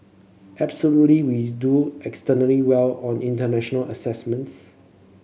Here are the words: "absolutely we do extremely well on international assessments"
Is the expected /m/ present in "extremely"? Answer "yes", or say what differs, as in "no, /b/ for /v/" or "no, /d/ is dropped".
no, /m/ is dropped